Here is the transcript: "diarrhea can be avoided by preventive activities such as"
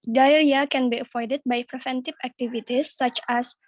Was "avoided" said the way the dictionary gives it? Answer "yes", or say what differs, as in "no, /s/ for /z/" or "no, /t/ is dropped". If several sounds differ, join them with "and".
no, /f/ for /v/